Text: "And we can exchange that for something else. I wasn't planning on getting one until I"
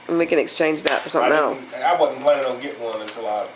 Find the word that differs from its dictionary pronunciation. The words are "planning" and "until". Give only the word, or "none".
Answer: planning